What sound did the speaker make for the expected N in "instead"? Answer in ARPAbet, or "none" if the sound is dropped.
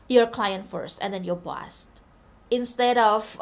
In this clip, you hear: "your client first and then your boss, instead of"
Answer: N